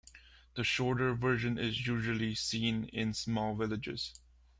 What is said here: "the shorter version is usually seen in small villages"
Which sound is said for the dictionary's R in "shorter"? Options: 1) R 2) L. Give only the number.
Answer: 1